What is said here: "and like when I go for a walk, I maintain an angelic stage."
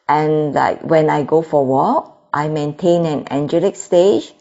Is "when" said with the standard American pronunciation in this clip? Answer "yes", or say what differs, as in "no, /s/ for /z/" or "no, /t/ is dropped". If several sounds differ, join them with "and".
yes